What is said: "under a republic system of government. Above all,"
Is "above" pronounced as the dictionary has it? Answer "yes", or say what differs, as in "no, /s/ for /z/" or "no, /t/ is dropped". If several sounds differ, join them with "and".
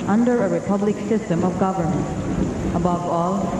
yes